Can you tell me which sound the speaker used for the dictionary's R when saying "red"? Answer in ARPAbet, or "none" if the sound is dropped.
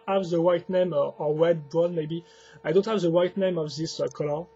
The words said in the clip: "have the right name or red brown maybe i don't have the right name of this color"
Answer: W